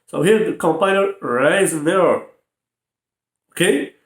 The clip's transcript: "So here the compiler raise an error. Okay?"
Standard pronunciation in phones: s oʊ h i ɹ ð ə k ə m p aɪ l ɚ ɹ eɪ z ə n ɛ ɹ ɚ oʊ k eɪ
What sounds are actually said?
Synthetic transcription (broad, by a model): s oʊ h i ɹ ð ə k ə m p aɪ n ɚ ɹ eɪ ə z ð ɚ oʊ k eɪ